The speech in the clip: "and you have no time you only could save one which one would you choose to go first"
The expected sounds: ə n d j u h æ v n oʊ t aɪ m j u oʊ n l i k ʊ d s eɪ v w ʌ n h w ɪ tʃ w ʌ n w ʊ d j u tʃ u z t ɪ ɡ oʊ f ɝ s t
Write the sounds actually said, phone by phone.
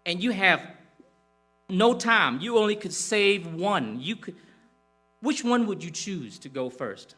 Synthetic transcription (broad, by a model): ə n j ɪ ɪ v n oʊ t aɪ m j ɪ oʊ n l i k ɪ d s eɪ v w ʌ n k w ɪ tʃ w ʌ n w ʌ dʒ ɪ tʃ u z t ɪ ɡ oʊ f ɝ s t